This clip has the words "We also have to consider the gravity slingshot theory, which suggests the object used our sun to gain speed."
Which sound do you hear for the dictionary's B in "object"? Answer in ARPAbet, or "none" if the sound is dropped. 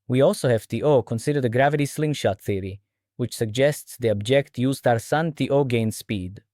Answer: B